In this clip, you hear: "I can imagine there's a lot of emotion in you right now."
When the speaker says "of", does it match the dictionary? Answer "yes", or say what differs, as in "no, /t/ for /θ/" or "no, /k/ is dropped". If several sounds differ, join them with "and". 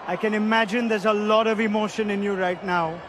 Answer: yes